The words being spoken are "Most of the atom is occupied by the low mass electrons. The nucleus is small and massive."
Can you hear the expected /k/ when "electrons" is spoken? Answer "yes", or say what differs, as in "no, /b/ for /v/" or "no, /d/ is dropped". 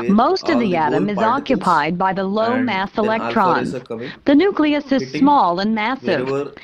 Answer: yes